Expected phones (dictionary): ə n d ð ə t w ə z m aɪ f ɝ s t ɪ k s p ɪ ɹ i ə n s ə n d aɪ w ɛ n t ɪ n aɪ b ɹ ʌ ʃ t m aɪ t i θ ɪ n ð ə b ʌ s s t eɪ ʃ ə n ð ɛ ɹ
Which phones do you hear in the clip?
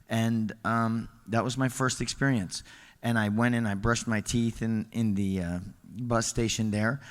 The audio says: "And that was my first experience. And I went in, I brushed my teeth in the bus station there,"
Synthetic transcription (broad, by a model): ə n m ð ə t w ə z m aɪ f ɝ s t ɪ k s p ɪ ɹ i ə n s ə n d aɪ w ɛ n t ɪ n aɪ b ɹ ʌ ʃ t m aɪ t i θ ɪ n ð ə b ʌ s s t eɪ ʃ ə n ð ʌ ɹ